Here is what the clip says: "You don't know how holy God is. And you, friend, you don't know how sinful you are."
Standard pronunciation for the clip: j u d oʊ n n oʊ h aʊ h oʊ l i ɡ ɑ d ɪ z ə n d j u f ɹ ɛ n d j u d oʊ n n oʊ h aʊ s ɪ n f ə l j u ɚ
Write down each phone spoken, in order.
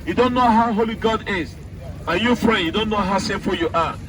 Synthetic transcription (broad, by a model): j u d oʊ n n oʊ h aʊ h oʊ l i ɡ ɑ d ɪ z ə j u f ɹ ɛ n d j u d oʊ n n oʊ h aʊ s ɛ f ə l j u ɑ